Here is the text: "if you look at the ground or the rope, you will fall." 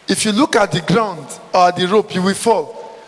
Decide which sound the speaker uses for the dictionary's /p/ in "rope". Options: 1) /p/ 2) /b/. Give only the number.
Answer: 1